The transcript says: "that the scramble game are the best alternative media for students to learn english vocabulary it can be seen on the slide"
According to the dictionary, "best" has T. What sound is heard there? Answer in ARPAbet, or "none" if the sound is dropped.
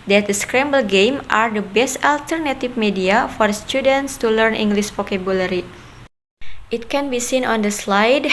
T